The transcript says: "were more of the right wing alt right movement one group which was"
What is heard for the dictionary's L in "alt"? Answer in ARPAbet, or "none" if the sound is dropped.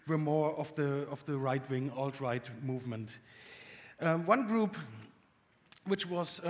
L